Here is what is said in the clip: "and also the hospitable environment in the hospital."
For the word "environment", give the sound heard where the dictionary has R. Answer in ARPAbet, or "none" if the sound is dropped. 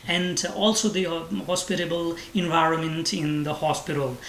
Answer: R